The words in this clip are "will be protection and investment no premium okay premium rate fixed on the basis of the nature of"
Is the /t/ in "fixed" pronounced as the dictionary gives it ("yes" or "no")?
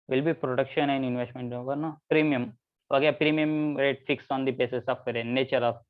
no